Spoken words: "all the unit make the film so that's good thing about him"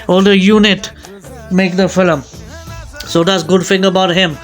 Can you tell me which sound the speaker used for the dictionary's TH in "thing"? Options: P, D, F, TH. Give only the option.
F